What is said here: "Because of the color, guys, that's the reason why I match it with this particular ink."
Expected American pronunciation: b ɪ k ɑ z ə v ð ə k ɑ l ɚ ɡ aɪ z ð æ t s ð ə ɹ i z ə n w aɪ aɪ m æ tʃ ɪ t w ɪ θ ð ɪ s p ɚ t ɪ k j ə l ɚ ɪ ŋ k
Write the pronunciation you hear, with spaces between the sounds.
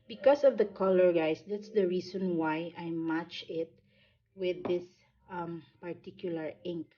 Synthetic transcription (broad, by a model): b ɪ k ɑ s ə v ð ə k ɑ l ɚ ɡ aɪ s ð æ t s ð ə ɹ i s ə n w aɪ aɪ m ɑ tʃ ɪ t w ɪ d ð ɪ s p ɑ t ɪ k j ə l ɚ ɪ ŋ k